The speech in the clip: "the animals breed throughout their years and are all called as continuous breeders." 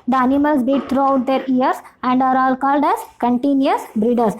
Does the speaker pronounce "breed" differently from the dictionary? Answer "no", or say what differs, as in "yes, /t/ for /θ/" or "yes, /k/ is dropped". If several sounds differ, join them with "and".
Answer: yes, /ɹ/ is dropped